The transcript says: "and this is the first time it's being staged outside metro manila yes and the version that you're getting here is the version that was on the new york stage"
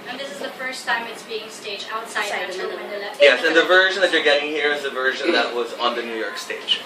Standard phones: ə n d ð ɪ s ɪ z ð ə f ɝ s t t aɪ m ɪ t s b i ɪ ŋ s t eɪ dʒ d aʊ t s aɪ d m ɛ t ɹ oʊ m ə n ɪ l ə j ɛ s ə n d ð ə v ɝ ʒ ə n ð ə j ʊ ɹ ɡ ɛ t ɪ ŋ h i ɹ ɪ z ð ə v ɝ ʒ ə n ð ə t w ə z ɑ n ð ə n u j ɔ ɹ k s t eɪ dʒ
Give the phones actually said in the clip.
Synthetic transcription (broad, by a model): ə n ð ɪ s ɪ z ð ə f ɝ s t t aɪ m ɪ t s b i ɪ ŋ s t eɪ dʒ aʊ t s aɪ d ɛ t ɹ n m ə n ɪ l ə j ɛ s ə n ð ə v ɝ ʒ ə n ð ə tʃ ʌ ɹ ɡ ɛ t ɪ ŋ h i ɹ ɪ z ð ə v ɝ ʒ ə n ð ə t w ə z n ð ə n u j ɔ ɹ k s t eɪ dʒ